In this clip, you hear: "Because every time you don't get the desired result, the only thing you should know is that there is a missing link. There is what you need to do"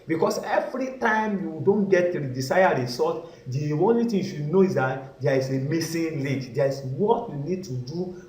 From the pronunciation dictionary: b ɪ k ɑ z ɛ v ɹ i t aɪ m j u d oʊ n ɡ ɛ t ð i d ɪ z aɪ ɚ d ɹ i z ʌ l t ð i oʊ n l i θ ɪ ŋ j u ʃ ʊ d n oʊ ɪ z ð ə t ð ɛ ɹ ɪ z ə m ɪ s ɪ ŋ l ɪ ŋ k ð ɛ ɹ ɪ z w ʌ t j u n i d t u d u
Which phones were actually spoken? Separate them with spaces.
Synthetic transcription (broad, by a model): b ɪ k ɑ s ɛ v ɹ i t aɪ m j u d oʊ n ɡ ɛ t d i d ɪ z aɪ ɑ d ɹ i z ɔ t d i oʊ n l i t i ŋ j u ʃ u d n oʊ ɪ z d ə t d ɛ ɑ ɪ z ə m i s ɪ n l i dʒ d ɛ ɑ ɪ s w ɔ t j u n i d t u d u